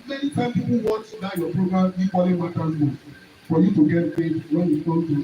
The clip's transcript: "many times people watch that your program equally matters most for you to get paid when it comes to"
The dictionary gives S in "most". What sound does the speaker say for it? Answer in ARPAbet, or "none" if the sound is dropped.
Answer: none